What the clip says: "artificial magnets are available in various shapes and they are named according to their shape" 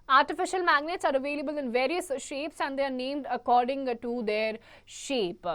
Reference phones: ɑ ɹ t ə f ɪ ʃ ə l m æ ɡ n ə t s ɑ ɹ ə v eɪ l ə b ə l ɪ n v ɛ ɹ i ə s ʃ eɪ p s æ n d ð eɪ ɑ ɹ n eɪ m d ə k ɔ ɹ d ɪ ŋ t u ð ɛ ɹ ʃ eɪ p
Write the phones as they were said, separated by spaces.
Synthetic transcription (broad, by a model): ɑ ɹ t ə f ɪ ʃ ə l m æ ɡ n ə t s ɑ ɹ ə v eɪ l ə b ə l ɪ n v ɛ ɹ i ə s ʃ eɪ p s æ n d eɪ ɑ ɹ n eɪ m d ə k ɔ ɹ d ɪ ŋ t u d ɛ ɹ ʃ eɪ p